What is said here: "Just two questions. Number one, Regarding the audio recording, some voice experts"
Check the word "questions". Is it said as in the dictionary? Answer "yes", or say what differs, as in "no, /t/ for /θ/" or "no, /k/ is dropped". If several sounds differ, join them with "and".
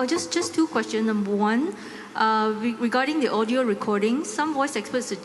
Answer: no, /z/ is dropped